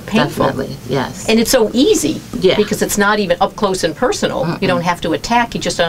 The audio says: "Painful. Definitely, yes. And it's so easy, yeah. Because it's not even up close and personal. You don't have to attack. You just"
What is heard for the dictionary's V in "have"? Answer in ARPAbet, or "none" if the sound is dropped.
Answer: F